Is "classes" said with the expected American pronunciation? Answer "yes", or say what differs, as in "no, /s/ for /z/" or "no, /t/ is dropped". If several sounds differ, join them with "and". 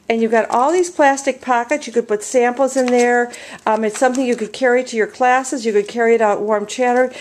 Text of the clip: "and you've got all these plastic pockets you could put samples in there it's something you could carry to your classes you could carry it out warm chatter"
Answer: yes